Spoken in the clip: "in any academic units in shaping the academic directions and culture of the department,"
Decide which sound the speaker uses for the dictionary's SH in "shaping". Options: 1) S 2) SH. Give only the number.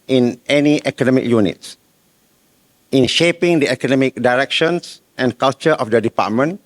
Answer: 2